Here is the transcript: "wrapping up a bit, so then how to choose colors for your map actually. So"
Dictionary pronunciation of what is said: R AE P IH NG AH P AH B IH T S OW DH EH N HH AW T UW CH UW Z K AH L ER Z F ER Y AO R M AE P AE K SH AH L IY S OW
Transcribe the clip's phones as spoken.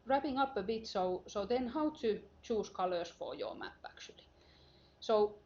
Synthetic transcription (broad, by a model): R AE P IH NG AH P AH B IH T S OW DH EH N HH AW T UW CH UW S K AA L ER S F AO Y AO M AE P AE K S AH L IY S OW